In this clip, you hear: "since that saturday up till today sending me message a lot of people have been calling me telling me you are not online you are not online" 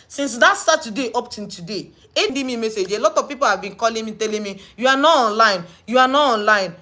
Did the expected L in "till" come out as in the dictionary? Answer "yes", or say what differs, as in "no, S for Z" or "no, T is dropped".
no, N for L